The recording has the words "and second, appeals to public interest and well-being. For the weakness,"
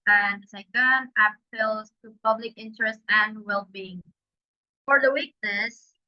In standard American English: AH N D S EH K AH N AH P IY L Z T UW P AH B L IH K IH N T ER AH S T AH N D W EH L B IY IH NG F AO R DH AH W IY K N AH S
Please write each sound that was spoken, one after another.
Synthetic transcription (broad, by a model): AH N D S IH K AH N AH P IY L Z T UW P AH B L IH K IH N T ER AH S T AH N D W EH L B IY IH NG F AO R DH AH W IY K N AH S